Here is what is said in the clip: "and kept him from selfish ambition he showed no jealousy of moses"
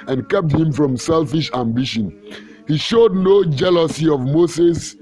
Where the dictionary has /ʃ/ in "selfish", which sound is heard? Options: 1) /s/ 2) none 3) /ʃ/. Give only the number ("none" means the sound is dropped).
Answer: 3